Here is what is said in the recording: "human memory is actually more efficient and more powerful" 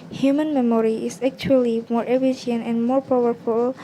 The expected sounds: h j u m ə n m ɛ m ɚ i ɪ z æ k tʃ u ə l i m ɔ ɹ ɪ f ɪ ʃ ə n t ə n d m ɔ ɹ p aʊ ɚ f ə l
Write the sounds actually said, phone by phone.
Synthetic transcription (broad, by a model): h j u m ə n m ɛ m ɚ i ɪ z æ k tʃ u ə l i m ɔ ɹ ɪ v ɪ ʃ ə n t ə n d m ɔ ɹ p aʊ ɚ f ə l